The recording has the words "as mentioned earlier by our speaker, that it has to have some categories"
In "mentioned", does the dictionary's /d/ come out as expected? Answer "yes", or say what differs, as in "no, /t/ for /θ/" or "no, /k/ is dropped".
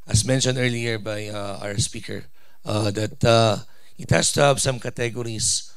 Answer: yes